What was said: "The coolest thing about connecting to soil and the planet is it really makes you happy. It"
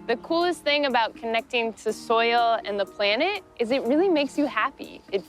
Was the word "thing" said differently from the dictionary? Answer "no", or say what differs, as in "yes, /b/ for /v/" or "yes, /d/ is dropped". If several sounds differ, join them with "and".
no